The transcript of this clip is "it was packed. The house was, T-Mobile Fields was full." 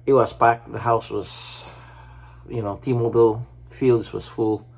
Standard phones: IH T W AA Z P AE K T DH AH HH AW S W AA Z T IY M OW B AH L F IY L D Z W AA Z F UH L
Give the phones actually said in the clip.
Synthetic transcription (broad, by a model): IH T W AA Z B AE K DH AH HH AW S W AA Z T IY M OW B AH L F IY L D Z W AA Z F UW L